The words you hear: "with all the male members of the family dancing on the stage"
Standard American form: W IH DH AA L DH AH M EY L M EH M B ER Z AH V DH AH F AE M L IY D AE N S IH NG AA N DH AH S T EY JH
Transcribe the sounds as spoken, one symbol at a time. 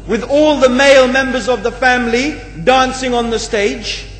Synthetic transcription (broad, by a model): W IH DH AA L DH AH M EY L M EH M B ER Z AH V DH AH F AE M L IY D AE N S IH NG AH N DH AH S T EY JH